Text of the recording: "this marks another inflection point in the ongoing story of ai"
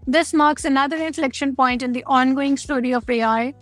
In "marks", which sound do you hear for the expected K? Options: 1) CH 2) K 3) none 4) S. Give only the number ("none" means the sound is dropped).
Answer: 2